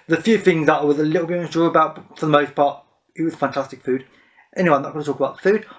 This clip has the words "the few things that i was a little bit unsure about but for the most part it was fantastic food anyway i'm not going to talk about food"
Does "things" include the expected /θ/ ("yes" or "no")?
yes